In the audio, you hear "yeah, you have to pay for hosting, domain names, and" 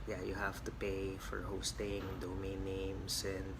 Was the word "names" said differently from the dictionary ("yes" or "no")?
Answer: yes